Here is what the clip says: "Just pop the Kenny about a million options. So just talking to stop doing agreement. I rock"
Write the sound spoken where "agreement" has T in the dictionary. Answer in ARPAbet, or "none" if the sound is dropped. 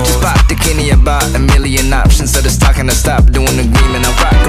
none